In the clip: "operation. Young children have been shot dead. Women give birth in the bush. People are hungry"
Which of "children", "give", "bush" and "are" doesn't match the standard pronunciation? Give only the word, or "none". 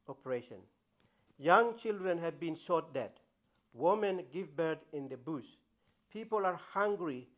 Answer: bush